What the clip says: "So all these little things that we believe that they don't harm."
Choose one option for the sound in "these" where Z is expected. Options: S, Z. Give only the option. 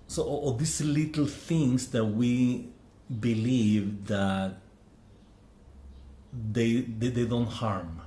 S